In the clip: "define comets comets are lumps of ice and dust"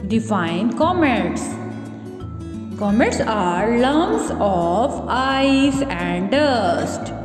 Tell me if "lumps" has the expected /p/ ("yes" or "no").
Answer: no